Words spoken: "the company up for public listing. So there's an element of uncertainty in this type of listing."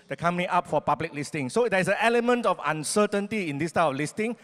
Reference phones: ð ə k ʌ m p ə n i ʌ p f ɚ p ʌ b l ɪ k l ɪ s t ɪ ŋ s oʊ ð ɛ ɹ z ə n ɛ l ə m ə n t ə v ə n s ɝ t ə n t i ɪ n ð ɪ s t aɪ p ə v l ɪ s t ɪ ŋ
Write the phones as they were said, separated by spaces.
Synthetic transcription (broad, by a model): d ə k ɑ m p ə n i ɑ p f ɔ p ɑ b l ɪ k l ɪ s t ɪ ŋ s oʊ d ɛ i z ə n ɛ l ə m ə n t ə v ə n s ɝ t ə n t i ɪ n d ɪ s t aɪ ə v l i s t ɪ ŋ